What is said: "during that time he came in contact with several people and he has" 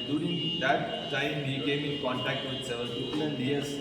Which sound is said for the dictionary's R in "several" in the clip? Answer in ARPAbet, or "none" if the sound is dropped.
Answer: none